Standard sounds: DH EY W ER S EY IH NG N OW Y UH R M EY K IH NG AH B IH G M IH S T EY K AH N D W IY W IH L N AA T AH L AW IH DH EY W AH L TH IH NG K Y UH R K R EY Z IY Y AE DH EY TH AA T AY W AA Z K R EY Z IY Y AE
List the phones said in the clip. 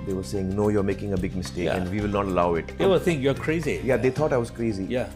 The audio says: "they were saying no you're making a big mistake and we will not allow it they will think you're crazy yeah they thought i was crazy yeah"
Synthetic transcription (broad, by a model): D EY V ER S EY IH NG N OW Y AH R M EY K IH NG AH B IH G M IH S T EY K AH N D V IY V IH L N AA T AH L AW IH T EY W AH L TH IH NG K Y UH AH K R EY Z IY Y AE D EY T AA T AY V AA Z K R EY Z IY Y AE